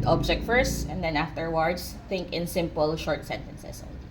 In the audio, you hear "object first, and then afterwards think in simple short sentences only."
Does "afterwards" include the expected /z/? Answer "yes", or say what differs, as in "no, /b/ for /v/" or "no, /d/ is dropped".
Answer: no, /s/ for /z/